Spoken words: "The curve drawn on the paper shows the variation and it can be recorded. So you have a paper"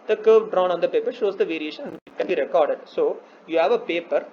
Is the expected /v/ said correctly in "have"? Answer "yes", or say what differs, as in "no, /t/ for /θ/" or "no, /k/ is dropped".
yes